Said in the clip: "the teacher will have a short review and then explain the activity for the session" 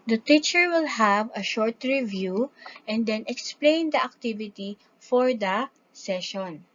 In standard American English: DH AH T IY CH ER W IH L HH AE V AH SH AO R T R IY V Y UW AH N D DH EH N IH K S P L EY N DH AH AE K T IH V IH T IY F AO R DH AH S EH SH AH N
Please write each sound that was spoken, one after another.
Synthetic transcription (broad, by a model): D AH T IY CH ER W IH L HH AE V AH SH AO R T R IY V Y UW AH N D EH N IH K S P L EY N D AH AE K T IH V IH T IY F AO R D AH S EH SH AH N